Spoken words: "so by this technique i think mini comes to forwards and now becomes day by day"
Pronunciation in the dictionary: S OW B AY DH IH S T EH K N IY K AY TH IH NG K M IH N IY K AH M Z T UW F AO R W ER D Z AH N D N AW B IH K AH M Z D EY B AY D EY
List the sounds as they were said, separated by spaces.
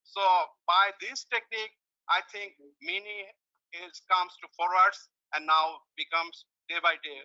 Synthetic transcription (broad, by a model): S OW B AY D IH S T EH K N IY K AY T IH NG K M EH N IY K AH M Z T UW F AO R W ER D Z AH N D N AW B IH K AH M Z D EY B AY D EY